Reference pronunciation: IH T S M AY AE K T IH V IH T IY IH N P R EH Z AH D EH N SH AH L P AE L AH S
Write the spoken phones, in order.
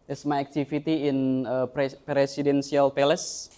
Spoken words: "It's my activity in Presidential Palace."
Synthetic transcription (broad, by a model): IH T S M AY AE K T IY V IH T IY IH N P R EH S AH D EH N S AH L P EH L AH S